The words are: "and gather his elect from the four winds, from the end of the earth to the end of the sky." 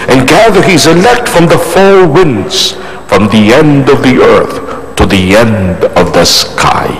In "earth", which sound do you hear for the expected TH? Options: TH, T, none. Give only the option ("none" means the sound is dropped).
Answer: TH